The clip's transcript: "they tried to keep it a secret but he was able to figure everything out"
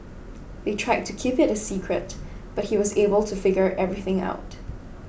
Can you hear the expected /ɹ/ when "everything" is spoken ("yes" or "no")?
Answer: yes